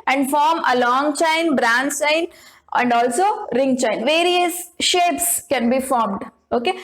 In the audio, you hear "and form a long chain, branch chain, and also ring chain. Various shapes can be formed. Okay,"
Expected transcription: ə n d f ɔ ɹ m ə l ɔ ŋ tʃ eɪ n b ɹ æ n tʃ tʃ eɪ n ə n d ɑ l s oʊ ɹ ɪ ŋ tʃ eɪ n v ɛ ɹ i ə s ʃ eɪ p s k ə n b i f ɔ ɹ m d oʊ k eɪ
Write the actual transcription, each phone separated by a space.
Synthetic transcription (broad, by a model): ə n d f ɔ ɹ m ə l ɔ ŋ tʃ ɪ n b ɹ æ n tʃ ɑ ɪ n ə n d ɑ l s oʊ ɹ ɪ ŋ tʃ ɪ n v ɛ ɹ i ə s ʃ eɪ p s k ə n b i f ɔ ɹ m d oʊ k eɪ